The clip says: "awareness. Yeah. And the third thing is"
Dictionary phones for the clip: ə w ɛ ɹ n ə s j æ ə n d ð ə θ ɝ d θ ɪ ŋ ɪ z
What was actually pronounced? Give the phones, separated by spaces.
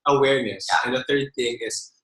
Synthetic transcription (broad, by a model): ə w ɛ ɹ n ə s j æ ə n ð ə θ ɝ d θ ɪ ŋ ɪ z